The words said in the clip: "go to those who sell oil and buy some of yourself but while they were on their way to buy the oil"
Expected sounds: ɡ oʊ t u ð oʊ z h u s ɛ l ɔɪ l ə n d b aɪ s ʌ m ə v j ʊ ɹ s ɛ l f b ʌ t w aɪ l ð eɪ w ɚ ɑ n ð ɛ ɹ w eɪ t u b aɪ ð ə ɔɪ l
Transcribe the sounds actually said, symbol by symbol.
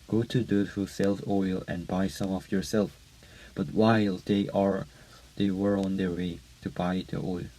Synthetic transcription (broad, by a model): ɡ oʊ t u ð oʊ h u s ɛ l ɔɪ l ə n b aɪ s ʌ m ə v j ʊ ɹ s ɛ l f b ʌ t w aɪ l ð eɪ w ɚ ɑ n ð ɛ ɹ w eɪ t u b aɪ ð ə ɔɪ l